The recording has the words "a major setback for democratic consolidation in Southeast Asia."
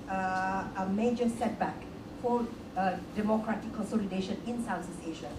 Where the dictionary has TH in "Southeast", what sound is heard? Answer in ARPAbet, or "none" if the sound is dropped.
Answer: S